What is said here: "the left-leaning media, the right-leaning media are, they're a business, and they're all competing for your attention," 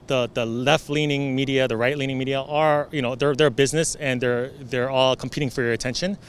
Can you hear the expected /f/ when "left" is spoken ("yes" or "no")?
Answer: yes